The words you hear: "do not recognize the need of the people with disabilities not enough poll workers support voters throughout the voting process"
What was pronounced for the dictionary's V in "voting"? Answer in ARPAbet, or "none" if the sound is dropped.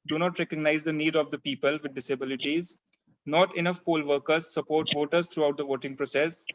V